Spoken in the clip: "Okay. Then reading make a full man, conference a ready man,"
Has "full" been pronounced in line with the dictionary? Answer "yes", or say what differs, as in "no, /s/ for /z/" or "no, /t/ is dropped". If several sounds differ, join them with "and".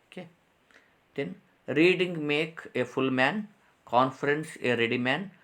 yes